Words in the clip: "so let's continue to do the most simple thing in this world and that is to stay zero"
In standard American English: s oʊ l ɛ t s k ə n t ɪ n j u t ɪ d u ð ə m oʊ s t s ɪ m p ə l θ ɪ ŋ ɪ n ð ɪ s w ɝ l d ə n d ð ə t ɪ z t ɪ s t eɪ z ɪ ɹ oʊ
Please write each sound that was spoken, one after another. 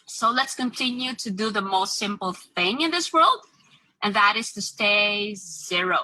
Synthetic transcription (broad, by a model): s oʊ l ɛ t s k ə n t ɪ n j u t ɪ d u ð ə m oʊ s t s ɪ m p l θ ɪ ŋ ɪ n ð ɪ s w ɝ l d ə n ð ə t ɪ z t ɪ s t eɪ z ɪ ɹ oʊ